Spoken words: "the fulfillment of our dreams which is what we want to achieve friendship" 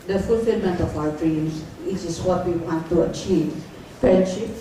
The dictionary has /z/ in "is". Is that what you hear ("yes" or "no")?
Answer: no